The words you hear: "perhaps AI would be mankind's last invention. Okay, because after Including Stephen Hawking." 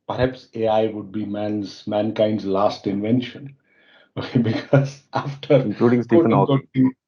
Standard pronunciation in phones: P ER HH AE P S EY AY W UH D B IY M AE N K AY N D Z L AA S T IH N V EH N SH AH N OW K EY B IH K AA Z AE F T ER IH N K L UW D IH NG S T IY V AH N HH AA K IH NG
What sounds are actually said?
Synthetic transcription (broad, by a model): P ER HH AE P S EY AY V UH D B IY M AE N K AY N D Z L AA S T IH N V EH N SH AH N OW K EY B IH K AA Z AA F T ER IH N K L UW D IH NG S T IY AH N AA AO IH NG